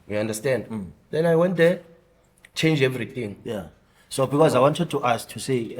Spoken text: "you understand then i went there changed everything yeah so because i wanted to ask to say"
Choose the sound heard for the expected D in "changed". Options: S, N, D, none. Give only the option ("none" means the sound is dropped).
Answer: none